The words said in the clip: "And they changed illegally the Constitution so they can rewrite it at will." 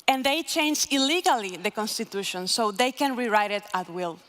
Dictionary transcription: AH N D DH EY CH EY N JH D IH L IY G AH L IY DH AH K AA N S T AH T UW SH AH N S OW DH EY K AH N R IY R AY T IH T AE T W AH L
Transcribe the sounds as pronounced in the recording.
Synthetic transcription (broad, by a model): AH N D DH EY CH EY N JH IH L IY G AH L IY DH AH K AA N S T AH T UW SH AH N S OW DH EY K AH N R IY R AY T IH T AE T W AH L